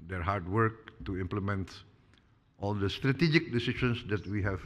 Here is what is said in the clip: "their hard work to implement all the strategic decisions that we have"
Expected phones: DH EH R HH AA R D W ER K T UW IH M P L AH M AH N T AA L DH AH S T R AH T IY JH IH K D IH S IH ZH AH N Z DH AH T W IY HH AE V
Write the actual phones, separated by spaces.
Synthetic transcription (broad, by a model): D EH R HH AA R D W ER K T UW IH M P L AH M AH N T AA L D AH S T R AH T IY JH IH K D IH S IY SH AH N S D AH T W IY HH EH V